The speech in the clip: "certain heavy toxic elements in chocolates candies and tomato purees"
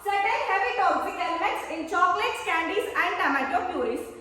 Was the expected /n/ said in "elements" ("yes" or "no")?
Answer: no